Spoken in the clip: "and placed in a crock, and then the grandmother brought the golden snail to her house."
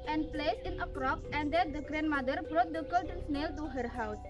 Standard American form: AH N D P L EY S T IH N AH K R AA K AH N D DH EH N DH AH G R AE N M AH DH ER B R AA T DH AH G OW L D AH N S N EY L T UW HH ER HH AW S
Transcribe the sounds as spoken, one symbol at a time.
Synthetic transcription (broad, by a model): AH N P L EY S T IH N AH K R AA K AH N D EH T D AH G R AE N M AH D ER B R AA T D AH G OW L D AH N S N EY L T UW HH ER HH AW S